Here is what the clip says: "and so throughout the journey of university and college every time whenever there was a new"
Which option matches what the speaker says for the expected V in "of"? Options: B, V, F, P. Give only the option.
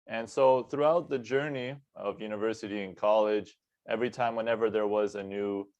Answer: V